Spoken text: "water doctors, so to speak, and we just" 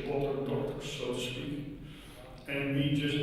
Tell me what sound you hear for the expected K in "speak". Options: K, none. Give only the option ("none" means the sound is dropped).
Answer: none